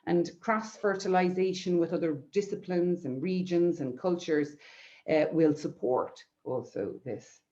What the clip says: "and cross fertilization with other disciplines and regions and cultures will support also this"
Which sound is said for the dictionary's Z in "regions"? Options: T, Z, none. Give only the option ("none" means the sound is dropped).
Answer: Z